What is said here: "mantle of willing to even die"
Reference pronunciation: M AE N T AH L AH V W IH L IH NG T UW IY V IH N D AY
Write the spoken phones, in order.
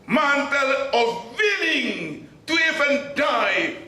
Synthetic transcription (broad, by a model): M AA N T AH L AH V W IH N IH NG T UW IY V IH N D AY